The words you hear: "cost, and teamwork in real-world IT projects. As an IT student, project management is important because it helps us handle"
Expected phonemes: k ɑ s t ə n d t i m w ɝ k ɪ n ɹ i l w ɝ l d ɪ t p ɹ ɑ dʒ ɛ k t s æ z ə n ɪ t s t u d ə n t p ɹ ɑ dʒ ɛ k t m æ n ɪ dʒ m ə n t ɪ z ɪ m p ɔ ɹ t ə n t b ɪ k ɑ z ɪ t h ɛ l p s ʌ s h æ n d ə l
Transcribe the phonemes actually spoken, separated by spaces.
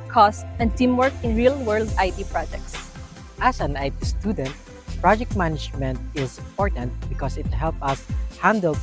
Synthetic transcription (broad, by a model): k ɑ s t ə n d t i m w ɝ k ɪ n ɹ i l w ɝ l d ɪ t p ɹ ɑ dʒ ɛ k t s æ s ə n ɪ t s t u d ə n t p ɹ ɑ dʒ ɛ k t m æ n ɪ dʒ m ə n t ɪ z ɪ m p ɔ ɹ t ə n t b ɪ k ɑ s ɪ t h ɛ l p ʌ s h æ n d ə l